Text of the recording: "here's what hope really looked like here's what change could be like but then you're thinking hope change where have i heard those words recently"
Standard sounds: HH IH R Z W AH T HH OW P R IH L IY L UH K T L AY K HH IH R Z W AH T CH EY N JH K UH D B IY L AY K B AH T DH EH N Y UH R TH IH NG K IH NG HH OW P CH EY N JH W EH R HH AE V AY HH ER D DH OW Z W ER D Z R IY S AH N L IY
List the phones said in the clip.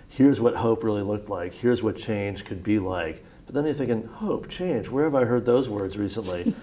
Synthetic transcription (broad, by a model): HH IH R Z W AH T HH OW P R IH L IY L UH K T L AY K HH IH R Z W AH T CH EY N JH K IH D B IY L AY K B AH T DH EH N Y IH TH IH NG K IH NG HH OW P CH EY N JH W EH R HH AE V AY HH ER D DH OW Z W ER D Z R IY S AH N L IY